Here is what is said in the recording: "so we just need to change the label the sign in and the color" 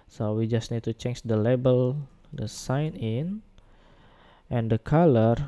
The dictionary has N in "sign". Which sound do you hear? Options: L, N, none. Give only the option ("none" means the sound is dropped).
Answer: N